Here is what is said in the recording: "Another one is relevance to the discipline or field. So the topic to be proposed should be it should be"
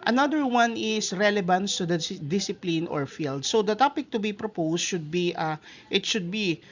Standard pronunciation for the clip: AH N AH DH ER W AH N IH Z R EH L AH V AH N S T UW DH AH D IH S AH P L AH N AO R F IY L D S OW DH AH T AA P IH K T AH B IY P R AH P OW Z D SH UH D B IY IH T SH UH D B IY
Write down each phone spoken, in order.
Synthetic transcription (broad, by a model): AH N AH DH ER W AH N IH S R EH L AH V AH N S T UW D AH D IH S AH P L AH N AO R F IY L D S OW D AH T AA P IH K T AH B IY P R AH P OW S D SH UH D B IY IH T SH UH D B IY